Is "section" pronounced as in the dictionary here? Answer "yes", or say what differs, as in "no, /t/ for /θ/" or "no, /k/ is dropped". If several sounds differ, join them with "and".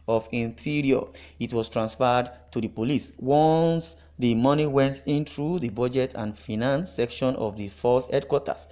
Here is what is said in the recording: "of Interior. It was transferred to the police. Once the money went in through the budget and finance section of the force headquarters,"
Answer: yes